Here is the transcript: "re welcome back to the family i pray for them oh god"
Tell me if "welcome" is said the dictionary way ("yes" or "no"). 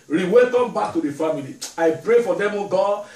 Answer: no